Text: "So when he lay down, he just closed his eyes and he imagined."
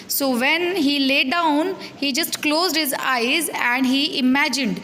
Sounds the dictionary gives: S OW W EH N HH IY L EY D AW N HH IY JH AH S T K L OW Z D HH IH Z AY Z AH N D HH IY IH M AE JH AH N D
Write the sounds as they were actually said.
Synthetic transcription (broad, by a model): S OW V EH N HH IY L EY D AW N HH IY JH AH S T K L OW Z D HH IH Z AY Z AH N D HH IY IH M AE JH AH N D